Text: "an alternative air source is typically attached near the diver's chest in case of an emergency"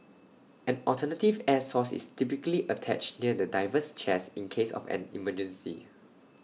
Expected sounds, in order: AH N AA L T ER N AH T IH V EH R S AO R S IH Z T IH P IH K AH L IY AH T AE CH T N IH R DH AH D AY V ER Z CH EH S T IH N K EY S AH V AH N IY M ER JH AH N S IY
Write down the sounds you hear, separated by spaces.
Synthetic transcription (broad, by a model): AH N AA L T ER N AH T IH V EH S AO S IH S T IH P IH K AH L IY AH T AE CH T N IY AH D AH D AY V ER S CH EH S IH N K EY S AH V AH N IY M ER JH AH N S IY